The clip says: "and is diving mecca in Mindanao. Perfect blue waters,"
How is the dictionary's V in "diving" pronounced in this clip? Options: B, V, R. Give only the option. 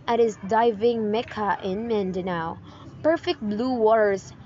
V